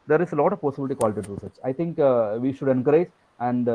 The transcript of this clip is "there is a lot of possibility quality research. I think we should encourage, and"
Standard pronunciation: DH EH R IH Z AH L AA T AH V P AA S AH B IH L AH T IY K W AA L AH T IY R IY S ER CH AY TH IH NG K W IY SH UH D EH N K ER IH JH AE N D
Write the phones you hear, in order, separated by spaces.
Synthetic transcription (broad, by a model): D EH R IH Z AH L AA T AH V P AA S AH B IH L AH T IY K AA L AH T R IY S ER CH AY T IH NG K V IY SH UH D EH N K ER IH JH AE N D